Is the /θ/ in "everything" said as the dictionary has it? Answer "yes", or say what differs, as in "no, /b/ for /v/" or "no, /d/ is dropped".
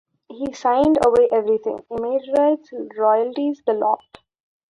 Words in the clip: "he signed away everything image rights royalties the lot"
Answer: no, /t/ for /θ/